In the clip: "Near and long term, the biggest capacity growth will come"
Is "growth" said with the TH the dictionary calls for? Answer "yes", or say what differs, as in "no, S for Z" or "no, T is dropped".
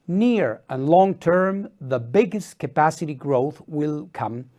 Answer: yes